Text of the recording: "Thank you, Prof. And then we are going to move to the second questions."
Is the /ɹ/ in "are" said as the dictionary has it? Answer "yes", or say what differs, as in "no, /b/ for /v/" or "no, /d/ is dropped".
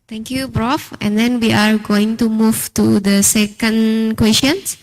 yes